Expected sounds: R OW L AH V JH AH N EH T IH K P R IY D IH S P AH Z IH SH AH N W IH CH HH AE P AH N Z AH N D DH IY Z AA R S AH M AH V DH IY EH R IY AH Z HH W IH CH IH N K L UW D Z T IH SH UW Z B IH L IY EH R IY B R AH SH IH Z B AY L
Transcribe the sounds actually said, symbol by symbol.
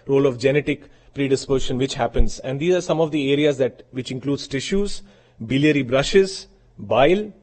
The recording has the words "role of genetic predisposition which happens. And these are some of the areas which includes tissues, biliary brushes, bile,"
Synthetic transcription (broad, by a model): R OW L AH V JH AH N EH T IH K P R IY D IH S P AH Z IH SH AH N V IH CH HH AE P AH N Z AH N D IY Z AA R S AH M AH V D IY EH R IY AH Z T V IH CH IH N K L UW D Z T IH SH UW Z B IH L IY EH R IY B R AH SH IH Z B AY L